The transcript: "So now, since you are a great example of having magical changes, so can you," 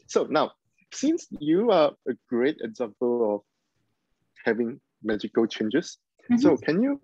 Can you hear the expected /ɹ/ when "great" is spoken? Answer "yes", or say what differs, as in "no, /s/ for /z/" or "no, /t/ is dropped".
yes